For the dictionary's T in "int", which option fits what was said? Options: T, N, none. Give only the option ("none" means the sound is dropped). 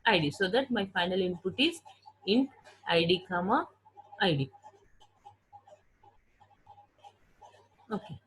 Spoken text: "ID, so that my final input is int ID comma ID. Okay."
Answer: none